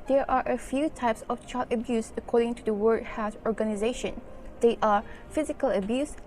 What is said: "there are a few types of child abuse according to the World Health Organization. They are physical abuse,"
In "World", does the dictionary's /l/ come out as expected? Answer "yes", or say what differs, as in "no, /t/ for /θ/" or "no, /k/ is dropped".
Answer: no, /l/ is dropped